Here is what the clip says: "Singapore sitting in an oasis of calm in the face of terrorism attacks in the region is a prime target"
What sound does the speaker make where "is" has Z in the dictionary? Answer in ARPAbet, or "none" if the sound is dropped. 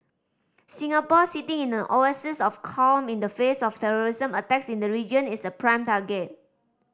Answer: S